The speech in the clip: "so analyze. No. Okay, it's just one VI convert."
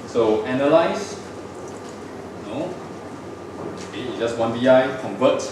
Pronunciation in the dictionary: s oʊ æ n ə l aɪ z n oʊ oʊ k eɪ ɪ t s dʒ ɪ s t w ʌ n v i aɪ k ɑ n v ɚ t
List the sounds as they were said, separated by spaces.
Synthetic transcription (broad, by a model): s oʊ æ n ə l aɪ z n oʊ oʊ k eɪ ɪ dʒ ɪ s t w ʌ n b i aɪ k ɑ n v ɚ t